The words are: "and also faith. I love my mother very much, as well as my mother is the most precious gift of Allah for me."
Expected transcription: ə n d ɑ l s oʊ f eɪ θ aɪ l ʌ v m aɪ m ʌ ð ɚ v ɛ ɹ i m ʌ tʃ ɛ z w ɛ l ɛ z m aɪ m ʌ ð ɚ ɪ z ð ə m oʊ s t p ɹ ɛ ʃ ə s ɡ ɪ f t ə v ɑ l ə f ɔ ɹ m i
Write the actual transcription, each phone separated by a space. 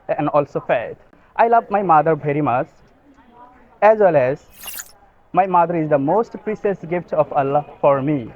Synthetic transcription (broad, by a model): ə n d ɑ l s oʊ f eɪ t aɪ l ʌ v m aɪ m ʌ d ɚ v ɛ ɹ i m ʌ tʃ ɛ z w ɛ l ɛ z m aɪ m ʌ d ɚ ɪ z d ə m oʊ s t p ɹ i s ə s ɡ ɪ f t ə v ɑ l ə f ɔ ɹ m i